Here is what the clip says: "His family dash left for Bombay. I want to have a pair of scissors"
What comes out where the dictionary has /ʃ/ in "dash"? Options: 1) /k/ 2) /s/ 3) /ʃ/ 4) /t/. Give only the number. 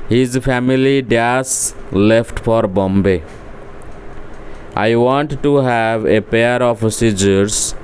2